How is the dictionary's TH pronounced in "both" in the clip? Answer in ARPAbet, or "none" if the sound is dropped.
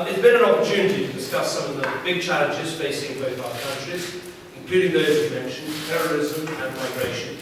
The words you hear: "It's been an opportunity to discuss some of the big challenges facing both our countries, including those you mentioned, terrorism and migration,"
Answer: TH